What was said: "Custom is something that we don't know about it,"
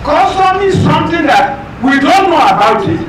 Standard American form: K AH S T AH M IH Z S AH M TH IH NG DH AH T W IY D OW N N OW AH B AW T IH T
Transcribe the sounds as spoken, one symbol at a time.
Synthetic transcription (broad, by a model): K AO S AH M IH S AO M T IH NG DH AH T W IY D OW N N OW AH B AW T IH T